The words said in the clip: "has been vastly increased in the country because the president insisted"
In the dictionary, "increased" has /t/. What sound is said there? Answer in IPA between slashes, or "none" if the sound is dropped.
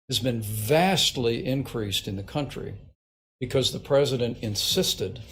/t/